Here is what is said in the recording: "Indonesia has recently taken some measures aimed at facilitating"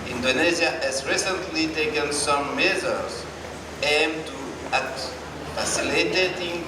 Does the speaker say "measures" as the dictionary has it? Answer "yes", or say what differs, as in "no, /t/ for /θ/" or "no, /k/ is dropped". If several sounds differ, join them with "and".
no, /z/ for /ʒ/